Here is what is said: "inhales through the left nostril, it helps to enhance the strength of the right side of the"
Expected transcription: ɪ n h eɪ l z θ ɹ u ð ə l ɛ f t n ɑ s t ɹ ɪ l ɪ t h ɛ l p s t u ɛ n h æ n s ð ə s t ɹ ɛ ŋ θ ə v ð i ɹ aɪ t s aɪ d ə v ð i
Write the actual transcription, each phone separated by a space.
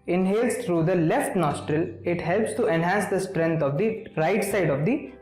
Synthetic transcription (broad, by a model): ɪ n h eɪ l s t ɹ u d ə l ɛ f t n ɑ s t ɹ ɪ l ɪ t h ɛ l p s t u ɛ n h æ n s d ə s t ɹ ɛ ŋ t ə v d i ɹ aɪ t s aɪ d ə v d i